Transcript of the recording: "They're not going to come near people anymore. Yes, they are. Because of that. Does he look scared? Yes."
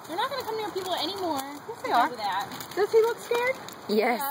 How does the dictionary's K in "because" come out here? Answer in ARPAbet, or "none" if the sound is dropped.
none